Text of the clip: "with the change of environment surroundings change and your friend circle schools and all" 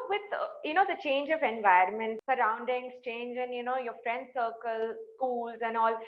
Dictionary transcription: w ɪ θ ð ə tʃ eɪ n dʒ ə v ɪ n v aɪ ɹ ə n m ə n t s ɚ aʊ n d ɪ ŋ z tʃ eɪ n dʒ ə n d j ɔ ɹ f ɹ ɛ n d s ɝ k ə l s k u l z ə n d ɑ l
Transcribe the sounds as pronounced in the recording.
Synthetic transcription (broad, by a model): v ɪ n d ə tʃ eɪ n dʒ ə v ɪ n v aɪ ə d m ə n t s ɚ aʊ n d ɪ ŋ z tʃ eɪ n dʒ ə n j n ɔ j f ɹ ɛ n d s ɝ k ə l s k u l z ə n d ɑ l